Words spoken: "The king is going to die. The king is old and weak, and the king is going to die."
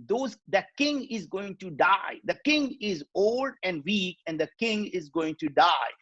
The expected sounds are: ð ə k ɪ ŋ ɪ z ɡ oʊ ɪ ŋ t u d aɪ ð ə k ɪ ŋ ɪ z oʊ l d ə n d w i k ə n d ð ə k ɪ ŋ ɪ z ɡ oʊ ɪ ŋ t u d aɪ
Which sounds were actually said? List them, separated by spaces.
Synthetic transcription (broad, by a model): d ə k ɪ ŋ ɪ z ɡ oʊ ɪ ŋ t u d aɪ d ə k ɪ ŋ ɪ z oʊ l d ə n d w i k ə n d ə k ɪ ŋ ɪ z ɡ oʊ ɪ ŋ t u d aɪ